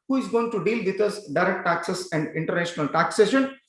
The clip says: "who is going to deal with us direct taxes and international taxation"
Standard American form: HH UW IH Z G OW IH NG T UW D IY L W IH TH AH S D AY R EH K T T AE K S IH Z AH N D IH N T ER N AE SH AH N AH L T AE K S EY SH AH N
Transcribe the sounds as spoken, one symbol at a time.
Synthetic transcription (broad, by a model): HH UW IH Z G OW IH NG T UW D IY L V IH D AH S D AY R EH K T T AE K S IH S AH N D IH N T ER N AE SH AH N AH L T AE K S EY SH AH N